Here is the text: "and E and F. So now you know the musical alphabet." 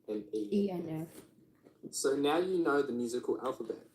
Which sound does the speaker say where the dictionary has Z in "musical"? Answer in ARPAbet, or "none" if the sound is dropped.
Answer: Z